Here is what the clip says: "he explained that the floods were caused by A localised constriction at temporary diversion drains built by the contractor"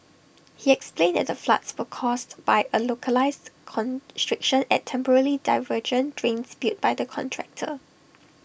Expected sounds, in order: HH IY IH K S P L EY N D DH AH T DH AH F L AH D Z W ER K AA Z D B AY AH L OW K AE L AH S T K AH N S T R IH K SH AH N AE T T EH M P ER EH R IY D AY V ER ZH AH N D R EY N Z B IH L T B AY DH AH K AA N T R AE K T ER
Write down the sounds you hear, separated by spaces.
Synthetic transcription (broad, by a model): HH IY IH K S P L EY N D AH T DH AH F L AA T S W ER K AA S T B AY AH L OW K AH L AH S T K AH N S T R IH K SH AH N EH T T EH M P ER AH L IY D AY V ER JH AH N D R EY N S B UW T B AY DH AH K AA N T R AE K T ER